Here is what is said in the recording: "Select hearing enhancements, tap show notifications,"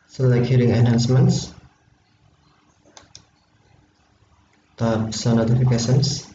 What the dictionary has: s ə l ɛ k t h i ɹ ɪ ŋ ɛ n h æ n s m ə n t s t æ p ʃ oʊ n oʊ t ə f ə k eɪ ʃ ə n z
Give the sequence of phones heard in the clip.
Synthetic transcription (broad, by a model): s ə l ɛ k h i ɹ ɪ ŋ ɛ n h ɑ n s m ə n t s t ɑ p s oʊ n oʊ t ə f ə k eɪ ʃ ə n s